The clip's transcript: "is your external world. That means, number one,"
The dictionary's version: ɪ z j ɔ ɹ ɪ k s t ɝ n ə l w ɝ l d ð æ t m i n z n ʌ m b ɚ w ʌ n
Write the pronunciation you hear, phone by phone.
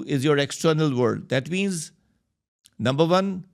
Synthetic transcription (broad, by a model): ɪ z j ɔ ɹ ɪ k s t ɝ n ə l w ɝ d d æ t m i n z n ʌ m b ɚ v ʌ n